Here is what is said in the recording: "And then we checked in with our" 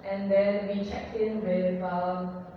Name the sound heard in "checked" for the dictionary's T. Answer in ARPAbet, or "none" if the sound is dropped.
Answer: none